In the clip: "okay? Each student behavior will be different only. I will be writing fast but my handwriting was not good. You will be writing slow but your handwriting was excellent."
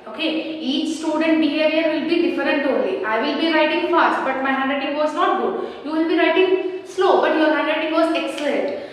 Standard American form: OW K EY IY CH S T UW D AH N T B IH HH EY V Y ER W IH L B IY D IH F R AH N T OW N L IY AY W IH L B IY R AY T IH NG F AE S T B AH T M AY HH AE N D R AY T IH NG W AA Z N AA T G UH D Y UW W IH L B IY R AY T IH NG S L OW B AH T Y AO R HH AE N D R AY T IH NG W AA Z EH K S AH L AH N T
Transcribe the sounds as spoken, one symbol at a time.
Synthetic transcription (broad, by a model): OW K EY IY CH S T UW D AH N T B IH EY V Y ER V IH L B IY D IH F R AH N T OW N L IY AY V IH L B IY R AY T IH NG F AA S T B AH T M AY HH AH N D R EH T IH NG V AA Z N AA T G UH D Y UW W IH L B IY R AY T IH NG S L OW B AH T Y AO R HH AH N D R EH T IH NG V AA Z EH K S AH L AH N T